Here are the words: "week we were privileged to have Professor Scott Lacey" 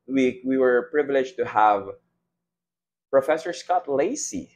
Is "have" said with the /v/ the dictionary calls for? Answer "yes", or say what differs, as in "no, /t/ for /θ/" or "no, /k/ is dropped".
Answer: yes